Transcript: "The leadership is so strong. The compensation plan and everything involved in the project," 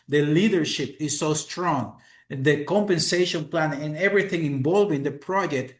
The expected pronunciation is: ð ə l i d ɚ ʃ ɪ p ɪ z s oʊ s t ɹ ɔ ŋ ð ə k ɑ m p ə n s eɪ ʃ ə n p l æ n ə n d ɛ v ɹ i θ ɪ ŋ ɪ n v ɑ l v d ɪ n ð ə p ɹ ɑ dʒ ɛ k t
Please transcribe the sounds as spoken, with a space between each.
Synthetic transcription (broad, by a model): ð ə l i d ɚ ʃ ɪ p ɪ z s oʊ s t ɹ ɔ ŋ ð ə k ɑ m p ə n s eɪ ʃ ə n p l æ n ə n ɛ v ɹ i θ ɪ ŋ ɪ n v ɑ l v ɪ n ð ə p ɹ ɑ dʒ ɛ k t